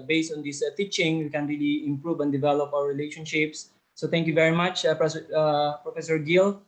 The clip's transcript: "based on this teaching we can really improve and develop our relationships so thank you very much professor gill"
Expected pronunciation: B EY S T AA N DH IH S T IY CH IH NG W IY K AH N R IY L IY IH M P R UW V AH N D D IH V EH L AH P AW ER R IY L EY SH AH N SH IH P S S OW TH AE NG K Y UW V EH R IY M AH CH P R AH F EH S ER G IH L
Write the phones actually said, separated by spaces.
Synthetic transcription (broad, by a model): B EY S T AA N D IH S T IY CH IH NG W IY K AH N R IY L IY IH M P R UW V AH N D D IH V EH L AH P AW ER R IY L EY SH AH N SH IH P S S OW T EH NG K Y UW V EH R IY M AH CH P R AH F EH S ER G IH L